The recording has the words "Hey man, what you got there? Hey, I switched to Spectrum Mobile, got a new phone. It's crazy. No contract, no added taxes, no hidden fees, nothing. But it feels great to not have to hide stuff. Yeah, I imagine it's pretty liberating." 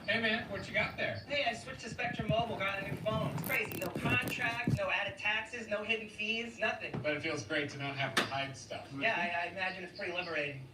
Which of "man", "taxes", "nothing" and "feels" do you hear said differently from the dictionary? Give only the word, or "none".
none